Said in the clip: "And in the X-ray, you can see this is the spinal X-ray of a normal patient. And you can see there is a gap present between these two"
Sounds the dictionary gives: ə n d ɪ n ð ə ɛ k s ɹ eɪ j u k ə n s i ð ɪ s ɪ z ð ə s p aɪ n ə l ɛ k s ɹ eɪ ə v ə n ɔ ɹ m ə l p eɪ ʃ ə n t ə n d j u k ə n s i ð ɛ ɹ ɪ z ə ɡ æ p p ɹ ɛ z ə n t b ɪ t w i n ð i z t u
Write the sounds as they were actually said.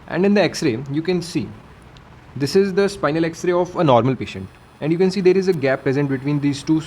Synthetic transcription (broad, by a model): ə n d ɪ n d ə ɛ k s ɹ eɪ j u k ə n s i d ɪ s ɪ z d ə s p aɪ n ə l ɛ k s ɹ eɪ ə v ə n ɔ ɹ m ə l p eɪ ʃ ə n t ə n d j u k ə n s i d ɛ ɹ ɪ z ə ɡ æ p p ɹ ɛ z ə n t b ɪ t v i n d i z t u